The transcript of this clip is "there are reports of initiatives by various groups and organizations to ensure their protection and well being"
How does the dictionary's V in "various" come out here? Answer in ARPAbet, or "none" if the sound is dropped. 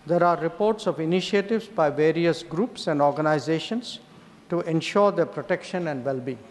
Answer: V